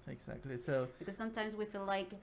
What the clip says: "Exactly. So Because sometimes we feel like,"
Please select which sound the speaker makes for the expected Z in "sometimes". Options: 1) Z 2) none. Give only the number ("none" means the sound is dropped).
1